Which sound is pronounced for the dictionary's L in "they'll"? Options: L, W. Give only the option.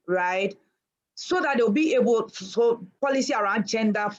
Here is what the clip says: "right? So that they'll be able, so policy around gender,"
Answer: W